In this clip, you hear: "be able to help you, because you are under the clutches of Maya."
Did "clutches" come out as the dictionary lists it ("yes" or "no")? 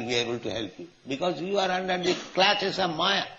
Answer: no